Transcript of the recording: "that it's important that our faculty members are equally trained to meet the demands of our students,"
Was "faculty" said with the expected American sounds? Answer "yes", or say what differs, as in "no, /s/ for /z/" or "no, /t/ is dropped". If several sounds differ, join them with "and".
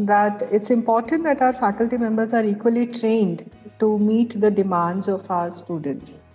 yes